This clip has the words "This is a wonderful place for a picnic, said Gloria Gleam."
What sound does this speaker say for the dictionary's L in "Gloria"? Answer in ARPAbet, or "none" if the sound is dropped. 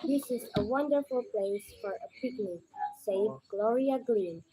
L